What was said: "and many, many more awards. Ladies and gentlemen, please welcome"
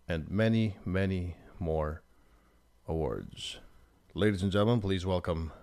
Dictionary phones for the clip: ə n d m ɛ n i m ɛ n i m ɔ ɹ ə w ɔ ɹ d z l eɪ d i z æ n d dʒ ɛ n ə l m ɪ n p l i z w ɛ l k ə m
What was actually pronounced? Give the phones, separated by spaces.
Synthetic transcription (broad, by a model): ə n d m ɛ n i m ɛ n i m ɔ ɹ ə w ɔ ɹ d z l eɪ d i z n dʒ ɛ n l m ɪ n p l i z w ɛ l k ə m